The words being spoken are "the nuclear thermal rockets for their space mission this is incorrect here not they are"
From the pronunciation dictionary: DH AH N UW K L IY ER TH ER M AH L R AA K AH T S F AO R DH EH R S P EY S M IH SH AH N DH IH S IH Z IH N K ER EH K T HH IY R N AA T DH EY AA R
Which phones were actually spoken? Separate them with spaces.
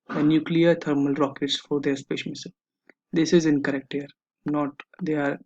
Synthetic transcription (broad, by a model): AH N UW K L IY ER T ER M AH L R AA K AH T S F AO R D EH R S P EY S M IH S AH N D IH S IH Z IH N K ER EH K T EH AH R N AA T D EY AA R